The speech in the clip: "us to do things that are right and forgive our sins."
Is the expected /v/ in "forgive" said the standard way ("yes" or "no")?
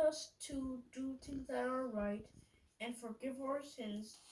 yes